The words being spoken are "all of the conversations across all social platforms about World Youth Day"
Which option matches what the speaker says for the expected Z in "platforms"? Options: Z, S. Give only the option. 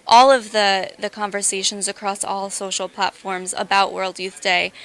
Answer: Z